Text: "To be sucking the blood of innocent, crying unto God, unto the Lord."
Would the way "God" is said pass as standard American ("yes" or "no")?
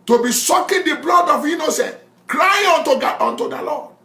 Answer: no